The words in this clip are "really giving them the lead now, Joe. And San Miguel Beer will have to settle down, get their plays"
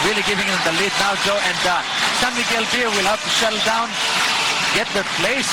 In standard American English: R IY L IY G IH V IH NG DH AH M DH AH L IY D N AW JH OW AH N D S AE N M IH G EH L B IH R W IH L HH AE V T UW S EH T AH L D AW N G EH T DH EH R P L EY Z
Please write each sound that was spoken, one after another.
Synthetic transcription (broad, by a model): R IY L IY G IH V IH NG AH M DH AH L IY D N AW JH OW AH N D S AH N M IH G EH L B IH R W IH L HH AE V T UW SH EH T L D AW N G EH T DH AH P L EY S